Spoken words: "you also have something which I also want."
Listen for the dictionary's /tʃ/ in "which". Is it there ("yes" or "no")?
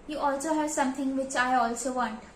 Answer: yes